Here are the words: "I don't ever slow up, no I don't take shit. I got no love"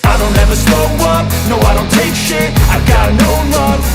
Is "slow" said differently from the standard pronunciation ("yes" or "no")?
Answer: yes